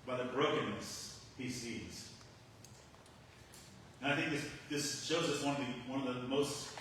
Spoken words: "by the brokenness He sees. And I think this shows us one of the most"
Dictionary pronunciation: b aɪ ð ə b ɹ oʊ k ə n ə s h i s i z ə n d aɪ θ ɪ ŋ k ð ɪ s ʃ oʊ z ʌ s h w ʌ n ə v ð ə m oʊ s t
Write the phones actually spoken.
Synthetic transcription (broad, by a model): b aɪ ð ə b ɹ oʊ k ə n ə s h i s i z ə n aɪ θ ɪ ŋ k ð ɪ s ʃ oʊ z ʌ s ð w ʌ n ə v ð ə m oʊ s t